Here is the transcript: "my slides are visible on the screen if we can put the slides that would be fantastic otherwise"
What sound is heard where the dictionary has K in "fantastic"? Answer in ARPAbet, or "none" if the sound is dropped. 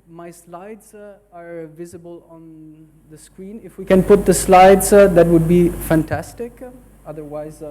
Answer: K